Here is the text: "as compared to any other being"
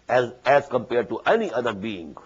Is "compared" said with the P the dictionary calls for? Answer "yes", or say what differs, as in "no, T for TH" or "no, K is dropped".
yes